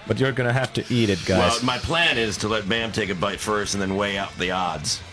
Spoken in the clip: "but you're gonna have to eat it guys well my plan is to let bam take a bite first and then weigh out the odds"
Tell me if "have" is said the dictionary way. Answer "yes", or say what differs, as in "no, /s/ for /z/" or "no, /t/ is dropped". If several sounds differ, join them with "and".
no, /f/ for /v/